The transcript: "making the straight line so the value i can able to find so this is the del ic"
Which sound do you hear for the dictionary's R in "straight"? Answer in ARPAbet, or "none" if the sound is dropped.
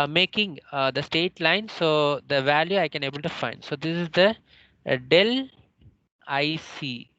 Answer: none